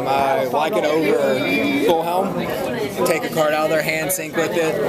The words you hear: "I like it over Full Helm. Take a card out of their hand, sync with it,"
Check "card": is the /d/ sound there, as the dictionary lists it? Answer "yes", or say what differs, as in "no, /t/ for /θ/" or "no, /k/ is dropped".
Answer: yes